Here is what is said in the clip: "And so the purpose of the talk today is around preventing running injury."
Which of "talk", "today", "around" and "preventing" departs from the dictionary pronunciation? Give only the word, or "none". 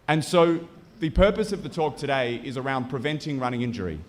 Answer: none